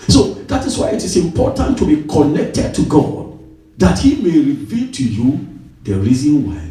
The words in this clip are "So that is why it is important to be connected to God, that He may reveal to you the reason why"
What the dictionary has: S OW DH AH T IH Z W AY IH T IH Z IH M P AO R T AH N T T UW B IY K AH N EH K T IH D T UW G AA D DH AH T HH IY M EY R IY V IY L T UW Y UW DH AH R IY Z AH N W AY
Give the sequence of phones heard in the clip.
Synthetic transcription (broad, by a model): S OW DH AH T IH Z W AY IH T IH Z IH M P AO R T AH N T T UW B IY K AH N EH K T IH D T UW G AA D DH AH T HH IY M EY R IY V IY L T UW Y UW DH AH R IY Z AH N W AY